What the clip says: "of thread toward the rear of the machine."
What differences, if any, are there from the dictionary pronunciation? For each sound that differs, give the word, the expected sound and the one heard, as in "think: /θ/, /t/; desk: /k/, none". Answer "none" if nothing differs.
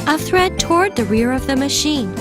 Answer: none